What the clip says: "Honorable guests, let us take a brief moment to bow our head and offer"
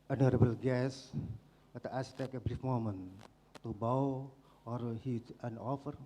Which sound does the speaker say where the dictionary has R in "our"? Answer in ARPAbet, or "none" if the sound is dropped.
R